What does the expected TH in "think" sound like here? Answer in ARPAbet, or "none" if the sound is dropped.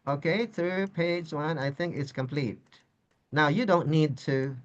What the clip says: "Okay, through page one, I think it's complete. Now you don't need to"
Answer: TH